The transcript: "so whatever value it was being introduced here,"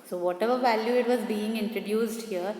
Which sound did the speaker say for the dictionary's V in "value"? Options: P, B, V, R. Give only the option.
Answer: V